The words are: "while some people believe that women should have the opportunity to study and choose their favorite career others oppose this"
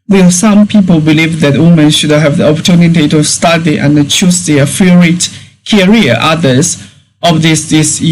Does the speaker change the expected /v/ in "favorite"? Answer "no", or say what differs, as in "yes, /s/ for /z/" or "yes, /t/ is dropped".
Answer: yes, /v/ is dropped